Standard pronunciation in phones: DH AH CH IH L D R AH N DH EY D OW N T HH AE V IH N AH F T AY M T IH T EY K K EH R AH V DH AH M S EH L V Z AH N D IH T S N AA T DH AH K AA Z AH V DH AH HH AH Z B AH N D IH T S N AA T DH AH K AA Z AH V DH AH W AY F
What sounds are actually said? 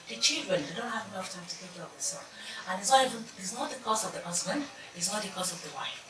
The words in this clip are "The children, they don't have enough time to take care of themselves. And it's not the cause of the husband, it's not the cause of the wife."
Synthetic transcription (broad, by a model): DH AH CH IH L D R AH N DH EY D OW N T HH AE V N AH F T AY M T IH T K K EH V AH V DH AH S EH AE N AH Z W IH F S N AA T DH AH K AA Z AH V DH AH HH AH Z B AH N D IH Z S N AA T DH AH K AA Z AH V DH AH W AY F